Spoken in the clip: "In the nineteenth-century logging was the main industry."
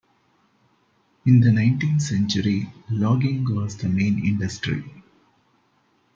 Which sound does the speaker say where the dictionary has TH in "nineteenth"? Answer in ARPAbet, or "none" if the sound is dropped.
T